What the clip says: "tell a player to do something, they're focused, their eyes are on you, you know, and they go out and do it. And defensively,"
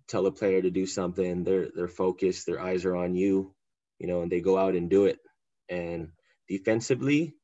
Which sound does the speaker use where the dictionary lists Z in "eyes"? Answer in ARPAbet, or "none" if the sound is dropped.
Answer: Z